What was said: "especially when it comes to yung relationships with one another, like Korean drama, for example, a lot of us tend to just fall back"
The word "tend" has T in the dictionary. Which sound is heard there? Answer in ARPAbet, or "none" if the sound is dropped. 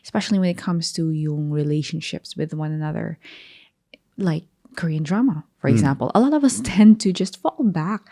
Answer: T